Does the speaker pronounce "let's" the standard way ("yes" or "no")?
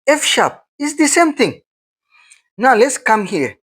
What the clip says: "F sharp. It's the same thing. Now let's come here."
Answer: yes